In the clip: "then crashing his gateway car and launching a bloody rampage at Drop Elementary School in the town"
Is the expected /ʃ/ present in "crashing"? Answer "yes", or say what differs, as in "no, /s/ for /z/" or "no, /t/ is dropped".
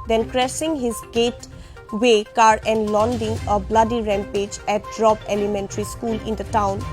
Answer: no, /s/ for /ʃ/